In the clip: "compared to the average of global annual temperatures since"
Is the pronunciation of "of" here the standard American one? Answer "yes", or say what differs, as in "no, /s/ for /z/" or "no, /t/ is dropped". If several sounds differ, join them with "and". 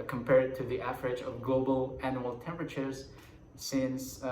yes